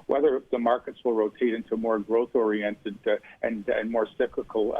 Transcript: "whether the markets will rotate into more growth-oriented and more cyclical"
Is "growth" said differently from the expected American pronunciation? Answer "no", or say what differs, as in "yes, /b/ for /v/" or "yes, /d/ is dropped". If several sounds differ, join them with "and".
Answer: no